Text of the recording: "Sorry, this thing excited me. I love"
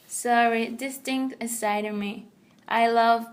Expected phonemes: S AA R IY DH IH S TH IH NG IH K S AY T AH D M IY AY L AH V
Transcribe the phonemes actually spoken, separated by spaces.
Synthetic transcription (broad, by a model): S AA R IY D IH S T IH NG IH S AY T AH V M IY AY L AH V